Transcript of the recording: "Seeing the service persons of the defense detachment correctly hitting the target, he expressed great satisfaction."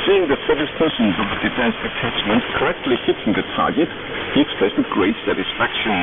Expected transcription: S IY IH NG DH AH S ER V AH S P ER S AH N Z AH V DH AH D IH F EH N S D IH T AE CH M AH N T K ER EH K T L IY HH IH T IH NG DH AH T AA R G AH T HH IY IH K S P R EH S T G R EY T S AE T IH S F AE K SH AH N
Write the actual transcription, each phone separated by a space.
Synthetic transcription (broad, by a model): S IY IH NG DH AH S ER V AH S P ER S AH N Z AH V DH AH D IH F EH N S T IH T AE CH M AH N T K ER EH K T L IY HH IH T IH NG DH AH T AA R G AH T HH IY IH K S P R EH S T G R EY T S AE T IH S F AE K SH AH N